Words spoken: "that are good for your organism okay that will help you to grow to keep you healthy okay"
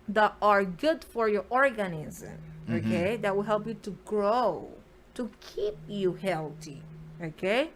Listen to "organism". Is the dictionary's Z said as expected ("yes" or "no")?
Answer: yes